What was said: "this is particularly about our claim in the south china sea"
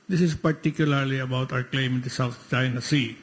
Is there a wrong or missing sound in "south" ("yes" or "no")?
yes